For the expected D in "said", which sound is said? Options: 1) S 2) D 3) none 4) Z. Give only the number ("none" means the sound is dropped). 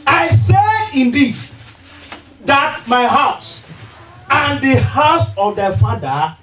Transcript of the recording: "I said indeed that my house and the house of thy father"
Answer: 3